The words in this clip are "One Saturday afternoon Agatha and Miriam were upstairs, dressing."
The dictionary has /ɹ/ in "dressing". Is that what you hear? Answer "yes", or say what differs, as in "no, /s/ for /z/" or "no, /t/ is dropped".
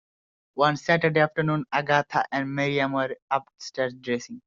yes